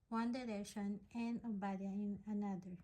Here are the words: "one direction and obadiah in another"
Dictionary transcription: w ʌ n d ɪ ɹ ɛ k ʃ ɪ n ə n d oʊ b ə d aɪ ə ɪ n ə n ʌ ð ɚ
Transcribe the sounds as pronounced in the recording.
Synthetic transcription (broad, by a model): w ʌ n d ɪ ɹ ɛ ʃ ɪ n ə n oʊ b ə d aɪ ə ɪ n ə n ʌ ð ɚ